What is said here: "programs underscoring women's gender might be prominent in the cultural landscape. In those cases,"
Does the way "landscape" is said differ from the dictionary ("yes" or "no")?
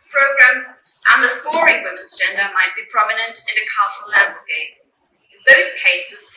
yes